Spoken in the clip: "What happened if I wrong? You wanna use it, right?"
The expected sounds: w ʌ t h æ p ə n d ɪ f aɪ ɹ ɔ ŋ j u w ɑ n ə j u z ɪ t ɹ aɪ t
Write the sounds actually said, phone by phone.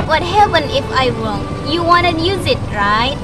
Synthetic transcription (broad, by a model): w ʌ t h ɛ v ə n ɪ f aɪ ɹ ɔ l j u w ɑ n ə j u z ɪ t ɹ aɪ t